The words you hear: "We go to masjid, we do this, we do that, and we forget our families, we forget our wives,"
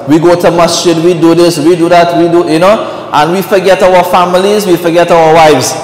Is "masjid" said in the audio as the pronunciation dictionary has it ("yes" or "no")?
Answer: no